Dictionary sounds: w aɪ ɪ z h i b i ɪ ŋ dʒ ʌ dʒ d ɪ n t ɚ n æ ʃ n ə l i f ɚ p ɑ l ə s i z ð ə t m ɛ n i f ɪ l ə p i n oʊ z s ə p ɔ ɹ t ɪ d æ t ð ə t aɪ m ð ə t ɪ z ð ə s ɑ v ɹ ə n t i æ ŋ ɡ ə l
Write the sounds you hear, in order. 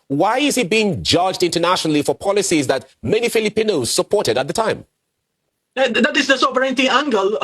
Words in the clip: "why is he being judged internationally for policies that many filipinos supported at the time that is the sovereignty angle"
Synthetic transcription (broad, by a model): w aɪ ɪ z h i b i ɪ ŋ dʒ ʌ dʒ d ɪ n t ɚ n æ ʃ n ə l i f ɚ p ɑ l ə s i z ð ə t m ɛ n i f ɪ l ə p i n oʊ z s ə p ɔ ɹ t ɪ d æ t ð ə t aɪ m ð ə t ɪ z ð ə s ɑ v ɹ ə n t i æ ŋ ɡ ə l